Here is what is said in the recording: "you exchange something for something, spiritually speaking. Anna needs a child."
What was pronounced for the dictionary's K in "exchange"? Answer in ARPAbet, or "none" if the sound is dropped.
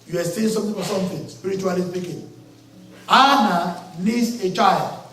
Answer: none